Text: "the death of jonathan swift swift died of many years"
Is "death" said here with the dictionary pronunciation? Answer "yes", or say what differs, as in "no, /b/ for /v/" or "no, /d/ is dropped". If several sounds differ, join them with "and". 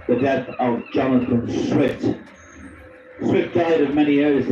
yes